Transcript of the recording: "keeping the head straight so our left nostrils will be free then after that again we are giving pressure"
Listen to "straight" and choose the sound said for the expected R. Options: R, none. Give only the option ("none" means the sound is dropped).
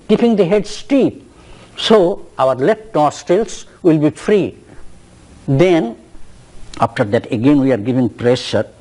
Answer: none